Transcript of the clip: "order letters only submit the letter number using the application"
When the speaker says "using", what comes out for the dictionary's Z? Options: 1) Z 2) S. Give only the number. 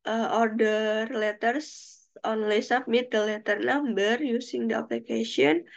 2